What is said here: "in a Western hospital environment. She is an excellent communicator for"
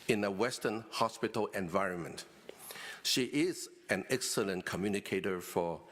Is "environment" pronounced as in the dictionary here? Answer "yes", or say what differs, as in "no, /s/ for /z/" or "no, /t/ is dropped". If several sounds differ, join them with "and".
yes